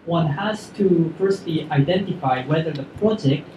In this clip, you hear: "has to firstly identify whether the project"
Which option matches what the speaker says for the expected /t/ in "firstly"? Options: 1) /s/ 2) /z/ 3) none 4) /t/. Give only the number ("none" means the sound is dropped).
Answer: 4